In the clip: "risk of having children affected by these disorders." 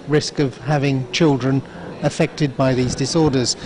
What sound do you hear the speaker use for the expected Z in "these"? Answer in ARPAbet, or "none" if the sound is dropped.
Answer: Z